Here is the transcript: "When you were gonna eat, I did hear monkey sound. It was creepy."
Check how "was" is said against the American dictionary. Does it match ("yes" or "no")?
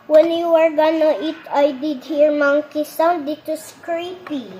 no